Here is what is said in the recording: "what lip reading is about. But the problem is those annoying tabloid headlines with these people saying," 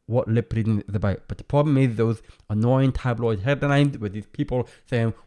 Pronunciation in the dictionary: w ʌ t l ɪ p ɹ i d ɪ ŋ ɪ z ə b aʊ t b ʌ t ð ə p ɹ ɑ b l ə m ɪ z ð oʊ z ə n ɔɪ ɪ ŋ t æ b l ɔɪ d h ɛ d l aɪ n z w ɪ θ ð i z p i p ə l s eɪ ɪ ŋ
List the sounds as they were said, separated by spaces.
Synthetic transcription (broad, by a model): w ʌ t l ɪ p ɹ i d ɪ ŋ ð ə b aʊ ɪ b ʌ t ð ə p ɹ ɑ b l ə m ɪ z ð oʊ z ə n ɔɪ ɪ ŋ t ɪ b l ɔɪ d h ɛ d n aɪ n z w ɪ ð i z p i p ə l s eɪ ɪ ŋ